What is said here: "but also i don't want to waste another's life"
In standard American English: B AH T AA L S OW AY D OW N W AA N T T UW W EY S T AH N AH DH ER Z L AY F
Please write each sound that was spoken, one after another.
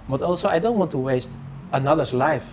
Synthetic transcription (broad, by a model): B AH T AA L S OW AY D OW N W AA N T T UW W EY S T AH N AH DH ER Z L AY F